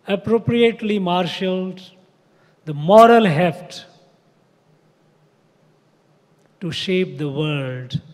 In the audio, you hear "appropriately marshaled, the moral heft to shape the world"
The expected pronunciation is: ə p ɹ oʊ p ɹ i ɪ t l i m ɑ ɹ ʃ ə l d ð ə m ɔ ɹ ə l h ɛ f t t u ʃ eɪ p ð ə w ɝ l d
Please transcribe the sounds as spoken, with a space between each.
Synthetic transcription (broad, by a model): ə p ɹ oʊ p ɹ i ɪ t l i m ɑ ɹ ʃ ə l d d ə m ɔ ɹ ə l h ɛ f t t u ʃ eɪ p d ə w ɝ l d